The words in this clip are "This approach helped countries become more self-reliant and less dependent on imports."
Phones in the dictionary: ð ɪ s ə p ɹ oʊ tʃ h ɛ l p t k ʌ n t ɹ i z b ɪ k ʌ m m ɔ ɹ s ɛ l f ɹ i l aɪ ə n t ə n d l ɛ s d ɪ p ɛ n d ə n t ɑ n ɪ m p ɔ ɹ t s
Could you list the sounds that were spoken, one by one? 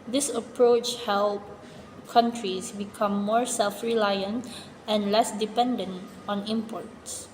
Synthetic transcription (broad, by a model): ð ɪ s ə p ɹ oʊ tʃ h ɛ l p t k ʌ n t ɹ i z b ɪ k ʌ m m ɔ ɹ s ɛ l f ɹ i l aɪ ə n t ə n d l ɛ s d ɪ p ɛ n d ə n t ɑ n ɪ m p ɔ ɹ t s